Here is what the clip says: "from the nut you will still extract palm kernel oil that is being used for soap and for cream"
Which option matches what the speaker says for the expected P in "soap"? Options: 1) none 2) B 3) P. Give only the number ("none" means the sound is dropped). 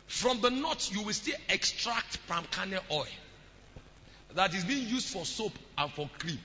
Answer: 3